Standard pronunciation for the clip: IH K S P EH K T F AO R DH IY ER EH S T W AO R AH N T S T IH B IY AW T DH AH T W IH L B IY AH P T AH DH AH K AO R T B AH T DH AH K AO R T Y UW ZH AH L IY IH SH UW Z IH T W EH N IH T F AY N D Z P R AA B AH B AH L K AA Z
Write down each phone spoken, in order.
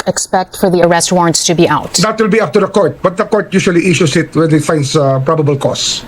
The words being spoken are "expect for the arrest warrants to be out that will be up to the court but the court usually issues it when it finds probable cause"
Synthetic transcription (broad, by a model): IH K S P EH K T F AO R DH IY ER EH S T W AO R AH N T S T IH B IY AW T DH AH T W IH L B IY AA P T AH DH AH K AO R T B AH T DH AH K AO R T Y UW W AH L IY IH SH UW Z IH T W EH N IH T F AY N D S P R AA B AH B AH L K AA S